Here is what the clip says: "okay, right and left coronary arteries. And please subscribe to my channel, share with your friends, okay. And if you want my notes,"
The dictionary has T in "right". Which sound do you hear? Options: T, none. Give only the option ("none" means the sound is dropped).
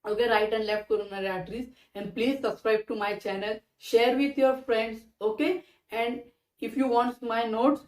T